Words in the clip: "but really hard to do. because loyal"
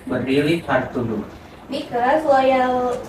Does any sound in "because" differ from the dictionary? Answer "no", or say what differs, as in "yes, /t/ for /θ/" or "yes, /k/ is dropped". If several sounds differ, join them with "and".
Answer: yes, /s/ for /z/